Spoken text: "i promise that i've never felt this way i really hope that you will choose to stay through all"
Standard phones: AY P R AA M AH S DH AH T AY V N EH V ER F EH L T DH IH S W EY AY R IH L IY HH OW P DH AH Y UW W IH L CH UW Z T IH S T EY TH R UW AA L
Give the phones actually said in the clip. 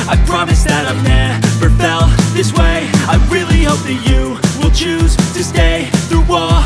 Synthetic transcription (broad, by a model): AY P R AA M AH S DH AH T AY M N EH F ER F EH L DH IH S W EY AY R IH L IY HH OW P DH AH Y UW W IH L CH UW Z T IH S T EY TH R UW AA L